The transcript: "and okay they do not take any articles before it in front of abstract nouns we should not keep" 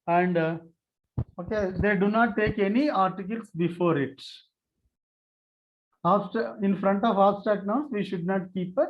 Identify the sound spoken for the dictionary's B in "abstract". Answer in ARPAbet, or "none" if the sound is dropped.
none